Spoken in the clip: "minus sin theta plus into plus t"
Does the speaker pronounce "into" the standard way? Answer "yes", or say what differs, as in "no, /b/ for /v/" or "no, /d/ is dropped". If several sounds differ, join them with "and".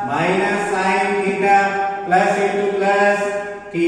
no, /n/ is dropped